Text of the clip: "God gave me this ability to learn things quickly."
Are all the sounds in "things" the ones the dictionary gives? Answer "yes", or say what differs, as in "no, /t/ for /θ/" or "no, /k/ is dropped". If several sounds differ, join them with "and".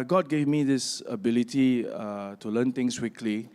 no, /t/ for /θ/ and /s/ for /z/